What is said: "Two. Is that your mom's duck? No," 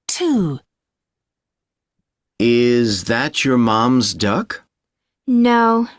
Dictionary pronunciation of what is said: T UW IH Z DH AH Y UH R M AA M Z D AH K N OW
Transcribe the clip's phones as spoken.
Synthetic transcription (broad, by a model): T UW IH Z DH AH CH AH R M AA M Z D AH K N OW